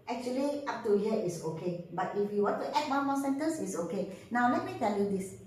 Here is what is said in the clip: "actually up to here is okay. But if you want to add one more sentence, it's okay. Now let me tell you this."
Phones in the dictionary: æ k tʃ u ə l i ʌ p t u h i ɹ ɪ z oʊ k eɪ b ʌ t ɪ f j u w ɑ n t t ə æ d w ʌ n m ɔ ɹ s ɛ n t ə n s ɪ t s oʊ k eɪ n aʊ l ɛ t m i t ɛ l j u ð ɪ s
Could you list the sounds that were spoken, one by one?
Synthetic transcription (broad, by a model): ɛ k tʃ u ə l i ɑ p t u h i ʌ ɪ s oʊ k eɪ b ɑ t ɪ f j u w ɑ n t t ə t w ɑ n m ɔ s ɛ n t ə n s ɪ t s oʊ k eɪ n aʊ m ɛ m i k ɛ n j u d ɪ s